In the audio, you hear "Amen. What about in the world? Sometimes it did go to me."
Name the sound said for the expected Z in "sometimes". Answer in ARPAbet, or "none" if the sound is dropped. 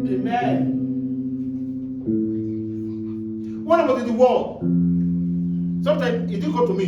none